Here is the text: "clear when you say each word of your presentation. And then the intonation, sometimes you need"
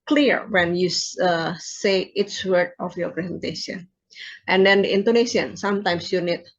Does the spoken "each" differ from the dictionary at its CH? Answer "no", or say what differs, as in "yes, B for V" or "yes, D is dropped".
yes, S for CH